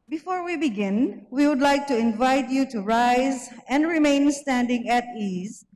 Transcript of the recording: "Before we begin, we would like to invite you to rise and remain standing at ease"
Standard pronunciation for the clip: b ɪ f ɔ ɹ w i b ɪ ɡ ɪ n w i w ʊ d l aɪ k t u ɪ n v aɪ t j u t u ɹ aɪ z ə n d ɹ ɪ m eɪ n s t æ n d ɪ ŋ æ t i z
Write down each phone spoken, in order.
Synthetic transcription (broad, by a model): b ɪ f ɔ ɹ w i b ɪ ɡ ɪ n w i w ʊ d l aɪ k t u ɪ n v aɪ t j u t u ɹ aɪ z ə n d ɹ ɪ m eɪ n s t æ n d ɪ ŋ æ t i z